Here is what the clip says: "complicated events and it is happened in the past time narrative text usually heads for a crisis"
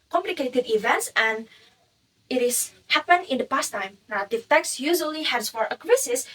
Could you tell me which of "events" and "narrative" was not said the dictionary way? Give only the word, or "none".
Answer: narrative